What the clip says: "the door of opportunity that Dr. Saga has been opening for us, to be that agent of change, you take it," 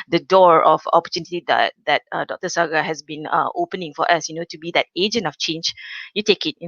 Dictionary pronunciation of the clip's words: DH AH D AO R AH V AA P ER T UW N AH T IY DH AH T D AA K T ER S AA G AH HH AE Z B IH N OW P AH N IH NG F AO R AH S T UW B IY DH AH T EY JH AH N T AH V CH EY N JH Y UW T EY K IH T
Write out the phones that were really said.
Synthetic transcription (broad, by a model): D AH D AO R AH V AA P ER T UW N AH T IY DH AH T D AA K T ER S AA G AH HH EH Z B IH N OW P AH N IH NG F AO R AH S T UW B IY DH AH T EY JH AH N T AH F CH EY N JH Y UW T EY K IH T